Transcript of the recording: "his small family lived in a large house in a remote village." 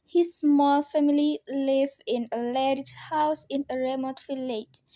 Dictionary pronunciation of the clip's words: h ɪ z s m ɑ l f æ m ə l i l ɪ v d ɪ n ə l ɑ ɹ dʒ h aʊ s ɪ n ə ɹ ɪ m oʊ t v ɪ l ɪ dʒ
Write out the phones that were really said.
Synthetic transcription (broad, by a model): h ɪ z s m ɑ l f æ m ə l i l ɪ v ɪ n ə l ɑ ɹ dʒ h aʊ s ɪ n ə ɹ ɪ m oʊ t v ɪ l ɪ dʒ